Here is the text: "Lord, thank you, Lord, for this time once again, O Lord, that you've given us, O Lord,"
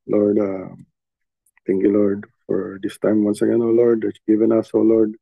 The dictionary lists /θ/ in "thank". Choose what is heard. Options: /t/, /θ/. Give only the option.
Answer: /t/